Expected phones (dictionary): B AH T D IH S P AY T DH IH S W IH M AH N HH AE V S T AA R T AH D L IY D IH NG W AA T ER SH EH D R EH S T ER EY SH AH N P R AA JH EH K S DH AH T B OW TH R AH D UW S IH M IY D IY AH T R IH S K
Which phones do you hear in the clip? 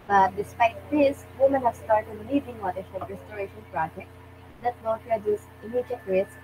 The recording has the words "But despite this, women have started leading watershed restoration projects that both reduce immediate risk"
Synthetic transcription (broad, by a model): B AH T D IH S P AY T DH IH S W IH M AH N HH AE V S T AA R T AH D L IY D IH NG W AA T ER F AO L R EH S T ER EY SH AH N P R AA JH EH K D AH T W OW T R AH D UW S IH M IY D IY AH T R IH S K